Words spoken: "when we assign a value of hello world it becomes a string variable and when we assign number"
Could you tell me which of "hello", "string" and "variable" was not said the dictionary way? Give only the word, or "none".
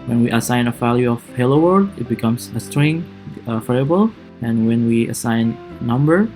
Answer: variable